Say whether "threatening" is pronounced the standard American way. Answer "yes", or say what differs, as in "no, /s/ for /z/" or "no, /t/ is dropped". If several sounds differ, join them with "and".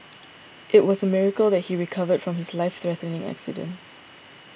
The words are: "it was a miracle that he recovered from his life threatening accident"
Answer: yes